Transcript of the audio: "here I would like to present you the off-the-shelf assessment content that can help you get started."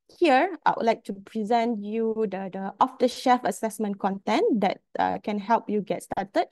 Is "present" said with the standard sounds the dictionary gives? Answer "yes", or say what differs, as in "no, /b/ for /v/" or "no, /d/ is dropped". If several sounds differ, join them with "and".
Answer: yes